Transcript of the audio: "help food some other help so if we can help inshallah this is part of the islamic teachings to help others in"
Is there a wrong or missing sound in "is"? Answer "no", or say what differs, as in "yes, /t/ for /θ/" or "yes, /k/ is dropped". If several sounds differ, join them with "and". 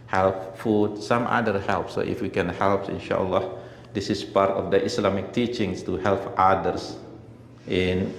yes, /s/ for /z/